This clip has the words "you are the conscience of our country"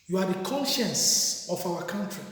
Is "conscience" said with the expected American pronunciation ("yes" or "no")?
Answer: yes